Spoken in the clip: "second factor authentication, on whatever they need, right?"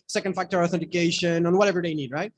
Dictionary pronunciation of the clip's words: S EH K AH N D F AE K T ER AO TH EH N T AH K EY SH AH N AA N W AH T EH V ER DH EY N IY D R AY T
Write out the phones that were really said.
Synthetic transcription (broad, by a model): S EH K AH N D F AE K T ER AO TH EH N T AH K EY SH AH N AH N W AH T EH V ER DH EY N IY D R AY T